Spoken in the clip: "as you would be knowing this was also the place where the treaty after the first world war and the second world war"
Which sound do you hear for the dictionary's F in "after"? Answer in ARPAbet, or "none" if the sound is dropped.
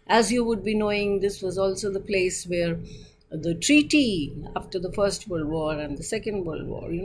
F